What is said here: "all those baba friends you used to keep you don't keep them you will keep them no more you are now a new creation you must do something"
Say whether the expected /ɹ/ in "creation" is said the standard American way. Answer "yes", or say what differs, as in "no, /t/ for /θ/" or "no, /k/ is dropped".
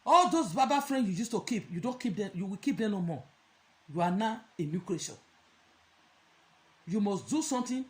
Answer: no, /l/ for /ɹ/